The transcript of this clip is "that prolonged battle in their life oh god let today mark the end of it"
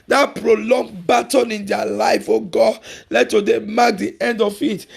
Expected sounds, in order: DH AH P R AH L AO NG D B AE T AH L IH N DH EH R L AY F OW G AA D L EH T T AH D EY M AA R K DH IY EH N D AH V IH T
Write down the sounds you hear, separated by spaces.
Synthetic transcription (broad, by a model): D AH P R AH L AO NG B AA T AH N IH N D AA L AY F OW G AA L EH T T AH D EY M AA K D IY EH N D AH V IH T